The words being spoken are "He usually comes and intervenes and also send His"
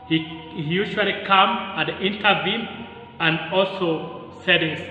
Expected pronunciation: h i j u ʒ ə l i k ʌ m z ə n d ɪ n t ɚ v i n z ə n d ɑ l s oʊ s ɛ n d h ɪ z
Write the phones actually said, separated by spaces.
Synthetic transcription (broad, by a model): h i j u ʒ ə l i k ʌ m ə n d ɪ n t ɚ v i n ə n d ɑ l s oʊ s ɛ d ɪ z